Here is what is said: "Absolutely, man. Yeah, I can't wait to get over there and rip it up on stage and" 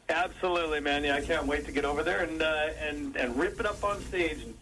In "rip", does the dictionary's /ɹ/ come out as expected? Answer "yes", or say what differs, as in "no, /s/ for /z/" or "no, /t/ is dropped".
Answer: yes